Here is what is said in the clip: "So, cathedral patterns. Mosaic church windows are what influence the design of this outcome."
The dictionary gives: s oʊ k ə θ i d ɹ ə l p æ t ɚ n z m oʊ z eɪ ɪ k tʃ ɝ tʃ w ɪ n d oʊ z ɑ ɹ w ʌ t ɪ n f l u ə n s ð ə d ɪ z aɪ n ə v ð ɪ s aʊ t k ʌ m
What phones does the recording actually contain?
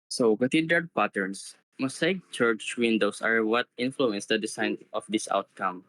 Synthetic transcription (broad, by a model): s oʊ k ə t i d ə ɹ p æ t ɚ n s m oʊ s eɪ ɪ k tʃ ɝ tʃ w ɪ n d oʊ s ɑ ɹ w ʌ t ɪ n f l u ə n s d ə d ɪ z aɪ n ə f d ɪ s aʊ t k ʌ m